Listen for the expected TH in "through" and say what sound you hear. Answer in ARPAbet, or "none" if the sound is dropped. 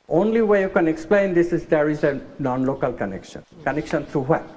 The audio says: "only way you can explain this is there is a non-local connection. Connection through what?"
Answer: T